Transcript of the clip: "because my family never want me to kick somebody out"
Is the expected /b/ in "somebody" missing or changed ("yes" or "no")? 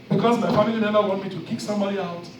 no